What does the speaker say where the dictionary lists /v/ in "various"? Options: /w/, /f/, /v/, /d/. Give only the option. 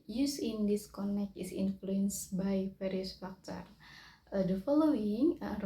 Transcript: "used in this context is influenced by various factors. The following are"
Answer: /f/